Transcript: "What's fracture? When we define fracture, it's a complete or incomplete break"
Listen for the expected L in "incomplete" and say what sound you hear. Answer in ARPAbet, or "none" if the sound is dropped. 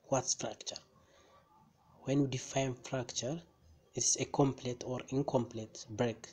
L